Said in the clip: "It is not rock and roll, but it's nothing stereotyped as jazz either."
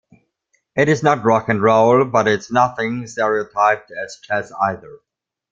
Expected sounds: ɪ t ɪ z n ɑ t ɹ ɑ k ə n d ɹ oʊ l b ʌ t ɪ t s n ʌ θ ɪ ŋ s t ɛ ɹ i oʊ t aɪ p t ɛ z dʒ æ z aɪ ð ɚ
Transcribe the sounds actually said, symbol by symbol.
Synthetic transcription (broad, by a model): ɪ t ɪ z n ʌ t ɹ ɑ k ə n ɹ oʊ l b ʌ t ɪ t s n ʌ θ ɪ ŋ s t ɛ ɹ i oʊ t aɪ p t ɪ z tʃ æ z aɪ ð ɚ